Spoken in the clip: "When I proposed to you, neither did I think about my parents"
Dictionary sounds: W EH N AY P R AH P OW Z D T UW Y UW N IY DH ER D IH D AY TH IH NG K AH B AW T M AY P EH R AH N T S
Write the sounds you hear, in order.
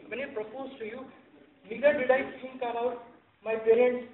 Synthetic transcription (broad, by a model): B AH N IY P R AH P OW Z T UW Y UW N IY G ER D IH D AY T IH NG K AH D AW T M AY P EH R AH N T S